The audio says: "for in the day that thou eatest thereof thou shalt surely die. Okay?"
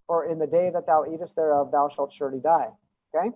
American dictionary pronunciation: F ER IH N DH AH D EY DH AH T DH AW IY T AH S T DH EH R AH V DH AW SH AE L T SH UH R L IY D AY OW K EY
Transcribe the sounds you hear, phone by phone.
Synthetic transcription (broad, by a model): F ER IH N DH AH D EY DH AH T DH AW IY T AH S T DH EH R AH V DH AW SH AE L T SH UH R L IY D AY OW K EY